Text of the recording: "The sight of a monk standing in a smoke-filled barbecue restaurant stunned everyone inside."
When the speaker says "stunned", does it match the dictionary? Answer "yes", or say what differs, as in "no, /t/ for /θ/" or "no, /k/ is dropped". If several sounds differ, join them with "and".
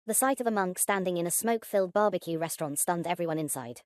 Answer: yes